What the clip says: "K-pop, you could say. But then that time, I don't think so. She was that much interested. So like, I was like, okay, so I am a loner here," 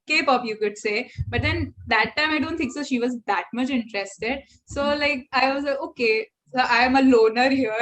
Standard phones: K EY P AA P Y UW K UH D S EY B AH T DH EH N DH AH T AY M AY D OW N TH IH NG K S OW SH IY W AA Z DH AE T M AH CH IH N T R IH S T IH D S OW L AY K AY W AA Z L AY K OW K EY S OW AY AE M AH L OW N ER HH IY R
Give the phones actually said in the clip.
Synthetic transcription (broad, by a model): K EY P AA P Y UW K UH D S EY B AH T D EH N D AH T AY M AY D OW N T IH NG K S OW SH IY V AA Z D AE T M AH CH IH N T R IH S T IH D S OW L AY K AY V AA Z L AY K OW K EY S OW AY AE M AH L OW N ER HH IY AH